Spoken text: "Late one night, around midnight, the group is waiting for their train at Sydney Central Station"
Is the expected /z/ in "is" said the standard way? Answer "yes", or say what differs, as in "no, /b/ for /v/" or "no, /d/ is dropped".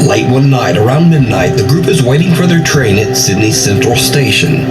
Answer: yes